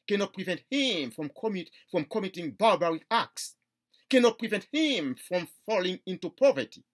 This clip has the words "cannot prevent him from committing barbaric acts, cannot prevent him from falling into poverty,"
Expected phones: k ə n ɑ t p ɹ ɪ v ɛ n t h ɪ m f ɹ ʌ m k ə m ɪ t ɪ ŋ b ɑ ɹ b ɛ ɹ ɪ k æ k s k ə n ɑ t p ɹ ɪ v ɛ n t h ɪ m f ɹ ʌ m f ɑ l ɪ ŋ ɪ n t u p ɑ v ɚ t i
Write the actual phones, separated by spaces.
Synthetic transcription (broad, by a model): k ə n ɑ t p ɹ ɪ v ɛ n t h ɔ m f ɹ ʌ m k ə m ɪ t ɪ ŋ b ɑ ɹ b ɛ ɹ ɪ æ k s k ə n ɑ t p ɹ ɪ v ɛ n t h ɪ m f ɹ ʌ m f ɑ l ɪ ŋ ɪ n t u p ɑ v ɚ t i